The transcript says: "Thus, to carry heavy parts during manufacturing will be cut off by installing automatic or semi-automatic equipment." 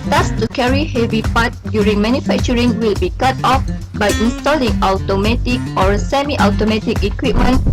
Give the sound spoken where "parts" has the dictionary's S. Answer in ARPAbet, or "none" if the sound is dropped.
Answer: none